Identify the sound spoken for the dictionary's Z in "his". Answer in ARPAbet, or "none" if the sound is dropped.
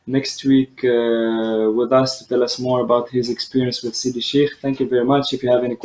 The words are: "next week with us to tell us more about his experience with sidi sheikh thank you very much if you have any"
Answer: Z